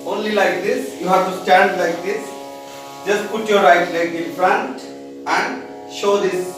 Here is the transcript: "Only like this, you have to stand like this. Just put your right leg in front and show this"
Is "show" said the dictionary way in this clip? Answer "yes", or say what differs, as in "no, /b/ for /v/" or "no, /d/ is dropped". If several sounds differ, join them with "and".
yes